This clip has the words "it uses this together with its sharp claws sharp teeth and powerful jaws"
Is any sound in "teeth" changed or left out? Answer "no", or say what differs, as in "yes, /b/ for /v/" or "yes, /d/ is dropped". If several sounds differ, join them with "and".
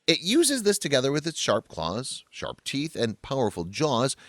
no